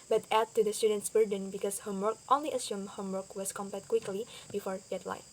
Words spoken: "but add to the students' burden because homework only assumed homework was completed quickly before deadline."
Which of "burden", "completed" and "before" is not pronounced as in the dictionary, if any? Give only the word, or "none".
completed